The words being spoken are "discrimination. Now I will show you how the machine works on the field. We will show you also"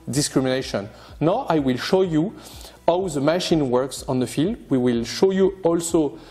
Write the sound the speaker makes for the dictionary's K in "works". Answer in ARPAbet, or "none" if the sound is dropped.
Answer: K